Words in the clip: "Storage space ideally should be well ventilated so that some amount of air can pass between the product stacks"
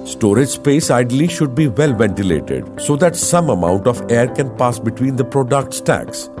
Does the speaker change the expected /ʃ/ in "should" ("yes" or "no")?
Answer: no